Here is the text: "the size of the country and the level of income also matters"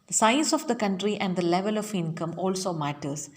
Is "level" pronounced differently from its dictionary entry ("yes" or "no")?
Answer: no